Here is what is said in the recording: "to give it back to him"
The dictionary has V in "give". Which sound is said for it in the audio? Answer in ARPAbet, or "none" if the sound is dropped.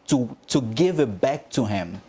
V